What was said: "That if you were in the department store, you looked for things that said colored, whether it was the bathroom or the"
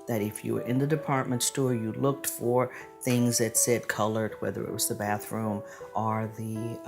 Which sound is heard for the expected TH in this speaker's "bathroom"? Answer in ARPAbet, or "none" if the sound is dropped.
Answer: TH